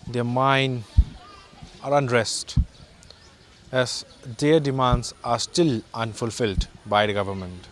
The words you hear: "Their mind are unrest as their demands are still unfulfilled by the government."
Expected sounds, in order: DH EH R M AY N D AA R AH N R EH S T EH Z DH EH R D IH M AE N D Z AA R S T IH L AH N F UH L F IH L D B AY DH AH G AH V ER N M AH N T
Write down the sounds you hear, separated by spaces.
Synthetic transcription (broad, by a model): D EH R M AY N AA R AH N R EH S T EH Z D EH R D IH M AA N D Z AA R S T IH L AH N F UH L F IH L D B AY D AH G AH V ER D M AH N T